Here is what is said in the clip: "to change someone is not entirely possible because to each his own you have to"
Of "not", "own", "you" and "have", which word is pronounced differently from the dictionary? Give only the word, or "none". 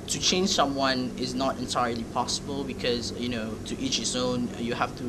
have